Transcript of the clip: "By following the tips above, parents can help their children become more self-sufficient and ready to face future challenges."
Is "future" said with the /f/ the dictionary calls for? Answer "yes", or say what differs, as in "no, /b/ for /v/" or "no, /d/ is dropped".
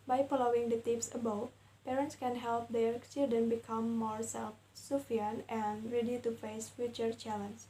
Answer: yes